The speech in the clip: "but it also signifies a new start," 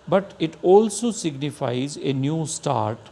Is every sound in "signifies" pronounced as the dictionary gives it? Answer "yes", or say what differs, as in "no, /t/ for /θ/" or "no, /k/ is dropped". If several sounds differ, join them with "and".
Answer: yes